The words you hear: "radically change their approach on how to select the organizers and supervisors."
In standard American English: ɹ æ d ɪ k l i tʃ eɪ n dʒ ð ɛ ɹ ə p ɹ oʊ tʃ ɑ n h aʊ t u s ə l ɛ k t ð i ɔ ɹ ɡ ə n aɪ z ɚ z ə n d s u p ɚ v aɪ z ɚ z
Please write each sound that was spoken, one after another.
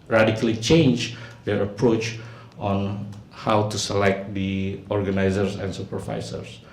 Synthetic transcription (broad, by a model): ɹ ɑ d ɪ k l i tʃ eɪ n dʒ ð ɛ ɹ ə p ɹ oʊ tʃ ɑ n h aʊ t u s ə l ɛ k t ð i ɔ ɹ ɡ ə n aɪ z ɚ s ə n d s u p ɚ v aɪ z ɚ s